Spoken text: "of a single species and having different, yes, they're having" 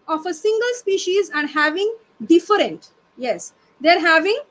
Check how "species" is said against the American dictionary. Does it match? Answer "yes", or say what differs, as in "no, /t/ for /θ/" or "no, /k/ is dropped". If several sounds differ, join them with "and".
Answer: yes